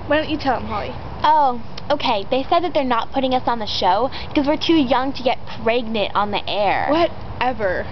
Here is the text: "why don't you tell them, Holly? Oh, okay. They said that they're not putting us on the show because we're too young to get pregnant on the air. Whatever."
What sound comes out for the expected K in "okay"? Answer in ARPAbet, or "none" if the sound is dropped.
K